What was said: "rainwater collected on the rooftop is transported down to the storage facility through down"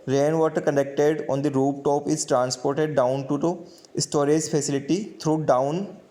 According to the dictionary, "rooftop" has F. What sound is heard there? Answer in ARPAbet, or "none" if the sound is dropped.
P